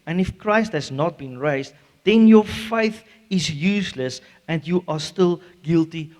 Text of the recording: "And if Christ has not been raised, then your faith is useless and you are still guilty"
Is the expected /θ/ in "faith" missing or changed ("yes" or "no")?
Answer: no